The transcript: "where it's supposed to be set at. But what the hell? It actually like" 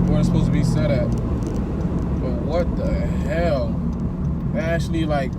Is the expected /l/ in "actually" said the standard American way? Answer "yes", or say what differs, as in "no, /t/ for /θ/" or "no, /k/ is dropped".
yes